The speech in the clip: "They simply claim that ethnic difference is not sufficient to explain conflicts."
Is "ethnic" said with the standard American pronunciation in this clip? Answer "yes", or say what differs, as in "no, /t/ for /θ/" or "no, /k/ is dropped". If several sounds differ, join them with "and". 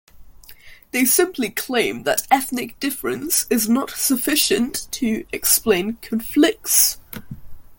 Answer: yes